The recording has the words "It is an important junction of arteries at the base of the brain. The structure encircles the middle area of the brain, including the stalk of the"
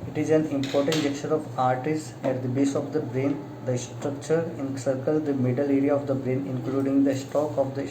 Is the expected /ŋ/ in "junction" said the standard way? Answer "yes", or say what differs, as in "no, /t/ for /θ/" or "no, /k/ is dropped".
no, /ŋ/ is dropped